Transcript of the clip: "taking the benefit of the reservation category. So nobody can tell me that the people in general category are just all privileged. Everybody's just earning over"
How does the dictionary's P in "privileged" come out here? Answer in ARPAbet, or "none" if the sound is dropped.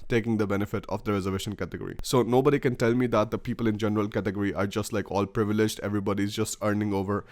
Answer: P